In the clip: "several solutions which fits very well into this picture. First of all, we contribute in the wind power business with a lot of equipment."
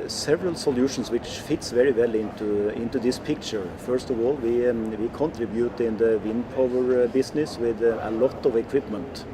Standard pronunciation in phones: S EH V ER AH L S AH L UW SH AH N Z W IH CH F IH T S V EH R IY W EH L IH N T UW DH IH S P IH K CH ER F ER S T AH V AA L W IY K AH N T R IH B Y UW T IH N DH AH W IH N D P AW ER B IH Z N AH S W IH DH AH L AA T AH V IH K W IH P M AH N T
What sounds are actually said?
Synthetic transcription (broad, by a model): S EH V ER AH L S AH L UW SH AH N S W IH CH F IH T S V EH R IY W EH L IH N T UW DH IH S P IH K CH ER F ER S T AH V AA L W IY K AH N T R IH B Y UW T IH N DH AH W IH N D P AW ER B IH S N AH S W IH DH AH L AA T AH V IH K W IH P M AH N T